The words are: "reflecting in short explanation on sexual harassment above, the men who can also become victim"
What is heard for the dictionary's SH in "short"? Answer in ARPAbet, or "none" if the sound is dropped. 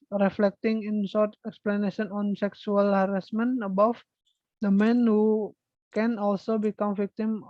S